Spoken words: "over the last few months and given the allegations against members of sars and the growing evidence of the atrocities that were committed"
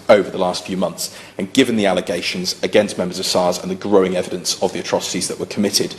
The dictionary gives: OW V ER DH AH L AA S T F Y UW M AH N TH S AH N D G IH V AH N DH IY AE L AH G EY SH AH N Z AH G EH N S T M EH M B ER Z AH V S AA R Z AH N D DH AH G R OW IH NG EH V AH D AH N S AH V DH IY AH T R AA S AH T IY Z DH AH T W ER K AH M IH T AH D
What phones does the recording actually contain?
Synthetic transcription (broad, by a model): OW V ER DH AH L AA S T F Y UW M AH N TH S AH N G IH V AH N DH IY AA L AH G EY SH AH N Z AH G EH N S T M EH M B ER Z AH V S AA Z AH N DH AH G R OW IH NG EH V AH D AH N S AH V DH IY AH T R AA S AH T IY Z DH AH T W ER K AH M IH T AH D